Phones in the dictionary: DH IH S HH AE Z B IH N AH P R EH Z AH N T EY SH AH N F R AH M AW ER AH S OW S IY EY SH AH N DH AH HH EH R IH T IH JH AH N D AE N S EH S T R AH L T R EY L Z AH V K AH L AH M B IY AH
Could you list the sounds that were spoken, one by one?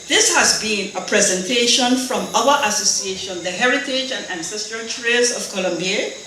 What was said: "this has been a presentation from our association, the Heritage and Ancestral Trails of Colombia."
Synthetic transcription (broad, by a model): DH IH S HH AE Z B IH N AH P R EH Z AH N T EY SH AH N F R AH M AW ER AH S OW S IY EY SH AH N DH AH HH EH R IH T IH JH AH N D AE N S EH S T R AH L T R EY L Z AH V K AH L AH M B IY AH